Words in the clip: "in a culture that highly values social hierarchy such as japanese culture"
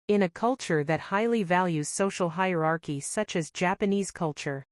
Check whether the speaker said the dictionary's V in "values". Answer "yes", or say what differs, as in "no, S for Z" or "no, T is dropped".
yes